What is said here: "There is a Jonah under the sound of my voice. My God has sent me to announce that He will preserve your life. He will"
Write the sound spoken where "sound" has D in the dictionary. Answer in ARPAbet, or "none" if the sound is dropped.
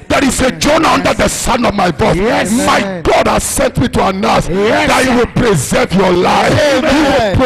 none